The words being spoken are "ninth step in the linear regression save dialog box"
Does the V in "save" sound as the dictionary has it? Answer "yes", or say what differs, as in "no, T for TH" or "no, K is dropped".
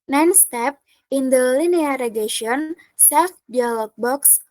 no, F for V